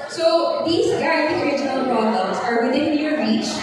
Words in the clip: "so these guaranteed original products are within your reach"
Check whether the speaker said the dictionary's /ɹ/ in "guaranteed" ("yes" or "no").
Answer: no